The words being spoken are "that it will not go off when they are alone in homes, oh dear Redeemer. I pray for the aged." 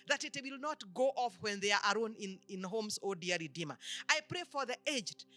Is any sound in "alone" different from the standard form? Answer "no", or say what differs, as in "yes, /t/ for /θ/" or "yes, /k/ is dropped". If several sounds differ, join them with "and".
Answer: yes, /n/ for /l/